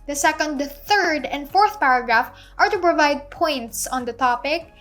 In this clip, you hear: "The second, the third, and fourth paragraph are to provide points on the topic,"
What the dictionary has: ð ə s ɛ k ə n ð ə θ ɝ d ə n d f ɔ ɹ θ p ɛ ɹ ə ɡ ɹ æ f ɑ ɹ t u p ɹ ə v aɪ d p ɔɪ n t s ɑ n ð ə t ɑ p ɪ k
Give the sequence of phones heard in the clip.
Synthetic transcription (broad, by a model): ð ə s ɛ k ə n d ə θ ɝ d ə n d f ɔ ɹ θ p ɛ ɹ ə ɡ ɹ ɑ f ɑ ɹ t u p ɹ ə v aɪ d p ɔɪ n t s ɑ n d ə t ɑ p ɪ k